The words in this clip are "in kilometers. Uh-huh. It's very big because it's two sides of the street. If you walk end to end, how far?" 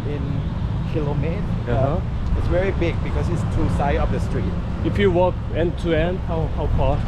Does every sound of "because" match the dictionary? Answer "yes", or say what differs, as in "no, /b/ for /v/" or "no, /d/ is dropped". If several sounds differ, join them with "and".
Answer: no, /s/ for /z/